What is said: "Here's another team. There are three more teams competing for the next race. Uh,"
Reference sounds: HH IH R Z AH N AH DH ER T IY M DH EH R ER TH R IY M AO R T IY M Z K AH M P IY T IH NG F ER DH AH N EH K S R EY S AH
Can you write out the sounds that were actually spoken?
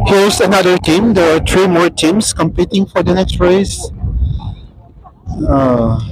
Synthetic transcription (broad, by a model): HH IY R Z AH N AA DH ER T IY M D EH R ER T R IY M AO R T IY M S K AH M P IY T IH NG F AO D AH N EH K S R EY S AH